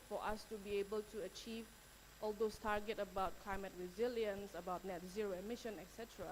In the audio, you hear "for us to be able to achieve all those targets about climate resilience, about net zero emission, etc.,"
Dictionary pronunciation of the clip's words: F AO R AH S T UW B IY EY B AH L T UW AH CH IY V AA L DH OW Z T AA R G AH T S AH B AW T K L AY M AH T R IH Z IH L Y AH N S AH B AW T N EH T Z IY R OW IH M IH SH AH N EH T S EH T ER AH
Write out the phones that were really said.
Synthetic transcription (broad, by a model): F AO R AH S T UW B IY EY B AH L T UW AH CH IY V AA L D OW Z T AA R G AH T AH B AW T K L AY M AH T R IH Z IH L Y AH N S AH B AW T N EH T Z IY R OW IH M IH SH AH N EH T S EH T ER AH